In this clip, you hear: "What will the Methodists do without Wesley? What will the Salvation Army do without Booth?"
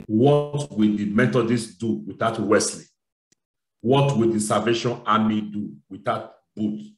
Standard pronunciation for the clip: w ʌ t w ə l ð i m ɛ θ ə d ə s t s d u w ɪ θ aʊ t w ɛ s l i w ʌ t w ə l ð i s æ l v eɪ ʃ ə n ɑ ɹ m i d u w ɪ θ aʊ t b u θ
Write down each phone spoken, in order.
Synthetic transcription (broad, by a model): w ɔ t w ə l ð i m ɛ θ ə d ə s s d u w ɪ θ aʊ t w ɛ s l i w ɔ t w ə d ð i s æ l v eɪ ʃ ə n ɑ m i d u w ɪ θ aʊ t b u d